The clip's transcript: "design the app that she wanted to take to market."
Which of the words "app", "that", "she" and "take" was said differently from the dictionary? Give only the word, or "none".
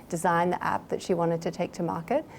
none